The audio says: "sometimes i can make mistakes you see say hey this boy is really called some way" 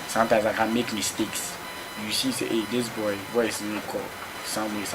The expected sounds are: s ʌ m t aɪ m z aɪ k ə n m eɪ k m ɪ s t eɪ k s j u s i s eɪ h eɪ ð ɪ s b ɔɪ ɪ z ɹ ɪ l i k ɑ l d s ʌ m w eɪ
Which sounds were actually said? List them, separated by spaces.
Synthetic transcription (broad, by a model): s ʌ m t aɪ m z aɪ k ə n m eɪ k m ɪ s t eɪ k s j u s i s eɪ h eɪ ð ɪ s b ɔɪ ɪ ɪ n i k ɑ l s ʌ m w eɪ